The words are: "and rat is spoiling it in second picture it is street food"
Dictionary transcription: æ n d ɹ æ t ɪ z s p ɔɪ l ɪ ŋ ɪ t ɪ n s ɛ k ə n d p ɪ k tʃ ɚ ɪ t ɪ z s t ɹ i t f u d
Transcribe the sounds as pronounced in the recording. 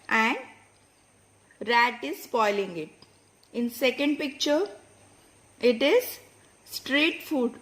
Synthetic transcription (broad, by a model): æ n d ɹ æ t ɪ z s p ɔɪ l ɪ ŋ ɪ t ɪ n s ɛ k ə n d p ɪ k tʃ ɚ ɪ t ɪ z s t ɹ i t f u d